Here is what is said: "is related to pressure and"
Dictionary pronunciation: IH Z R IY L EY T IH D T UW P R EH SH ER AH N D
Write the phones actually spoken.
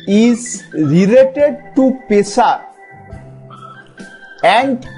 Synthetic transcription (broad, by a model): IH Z R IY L EY T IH D T UW P EH S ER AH N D